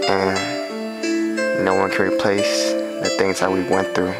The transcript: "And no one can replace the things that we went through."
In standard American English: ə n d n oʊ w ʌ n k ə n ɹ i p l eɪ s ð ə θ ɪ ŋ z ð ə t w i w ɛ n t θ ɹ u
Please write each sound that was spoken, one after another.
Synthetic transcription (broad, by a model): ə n n oʊ w ʌ n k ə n ɹ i p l eɪ s ð ə θ ɪ ŋ z ð ə t w i w ɛ n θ ɹ u